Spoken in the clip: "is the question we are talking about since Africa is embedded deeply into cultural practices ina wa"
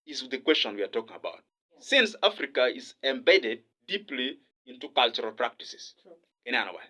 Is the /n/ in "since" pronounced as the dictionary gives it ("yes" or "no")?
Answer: yes